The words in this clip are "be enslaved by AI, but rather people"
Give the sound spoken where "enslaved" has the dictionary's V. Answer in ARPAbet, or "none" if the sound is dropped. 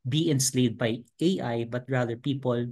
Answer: none